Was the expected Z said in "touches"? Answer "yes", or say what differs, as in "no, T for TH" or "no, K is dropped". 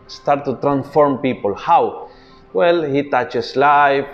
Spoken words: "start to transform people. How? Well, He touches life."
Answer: no, S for Z